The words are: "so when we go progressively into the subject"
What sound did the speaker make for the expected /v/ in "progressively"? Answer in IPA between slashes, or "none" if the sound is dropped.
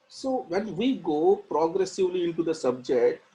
/v/